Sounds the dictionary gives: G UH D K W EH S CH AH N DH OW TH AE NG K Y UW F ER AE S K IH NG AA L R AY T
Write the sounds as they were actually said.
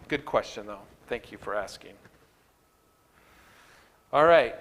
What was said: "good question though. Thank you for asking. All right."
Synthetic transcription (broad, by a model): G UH D K W EH S CH AH N DH OW TH AE NG K Y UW F ER AE S K IH NG AA L R AY T